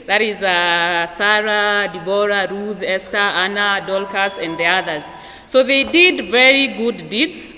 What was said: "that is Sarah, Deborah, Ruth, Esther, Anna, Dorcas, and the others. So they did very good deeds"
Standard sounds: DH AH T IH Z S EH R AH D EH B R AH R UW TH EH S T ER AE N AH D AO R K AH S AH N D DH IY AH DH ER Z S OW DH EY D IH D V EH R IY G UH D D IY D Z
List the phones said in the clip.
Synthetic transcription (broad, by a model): DH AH T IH Z S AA R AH D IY B R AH R UW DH EH S T ER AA N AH D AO L K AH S AH N D DH IY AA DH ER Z S OW DH EY D IH D V EH R IY G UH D D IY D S